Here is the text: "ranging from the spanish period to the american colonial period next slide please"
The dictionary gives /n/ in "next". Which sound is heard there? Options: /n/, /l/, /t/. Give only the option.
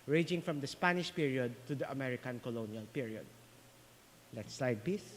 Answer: /l/